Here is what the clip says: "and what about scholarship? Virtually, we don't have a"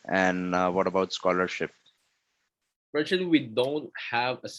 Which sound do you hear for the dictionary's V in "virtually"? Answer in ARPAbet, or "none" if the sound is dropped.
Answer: P